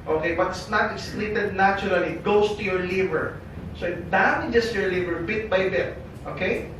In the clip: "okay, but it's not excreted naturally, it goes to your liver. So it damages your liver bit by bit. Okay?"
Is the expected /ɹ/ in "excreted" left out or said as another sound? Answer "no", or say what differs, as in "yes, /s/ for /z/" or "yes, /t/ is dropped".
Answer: yes, /l/ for /ɹ/